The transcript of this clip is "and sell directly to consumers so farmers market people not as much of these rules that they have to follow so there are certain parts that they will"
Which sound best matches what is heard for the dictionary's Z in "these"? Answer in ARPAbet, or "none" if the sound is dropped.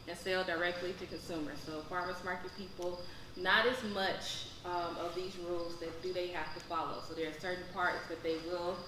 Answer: Z